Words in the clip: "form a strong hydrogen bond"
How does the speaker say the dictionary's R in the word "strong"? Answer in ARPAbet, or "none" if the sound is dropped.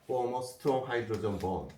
none